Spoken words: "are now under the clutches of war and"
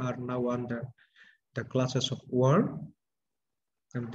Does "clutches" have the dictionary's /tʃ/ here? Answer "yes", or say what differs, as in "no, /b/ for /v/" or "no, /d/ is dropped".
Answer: no, /s/ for /tʃ/